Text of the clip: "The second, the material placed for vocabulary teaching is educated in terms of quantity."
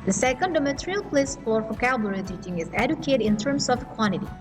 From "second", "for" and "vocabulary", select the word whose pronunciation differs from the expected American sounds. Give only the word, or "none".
vocabulary